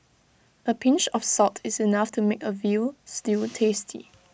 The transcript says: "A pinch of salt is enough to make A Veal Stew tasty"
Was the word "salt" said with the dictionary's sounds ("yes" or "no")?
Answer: no